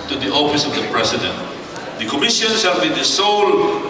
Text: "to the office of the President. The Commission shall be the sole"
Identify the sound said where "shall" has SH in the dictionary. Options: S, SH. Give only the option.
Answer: S